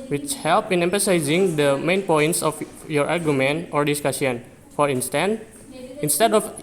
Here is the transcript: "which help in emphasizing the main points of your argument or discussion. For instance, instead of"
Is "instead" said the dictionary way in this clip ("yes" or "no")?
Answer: yes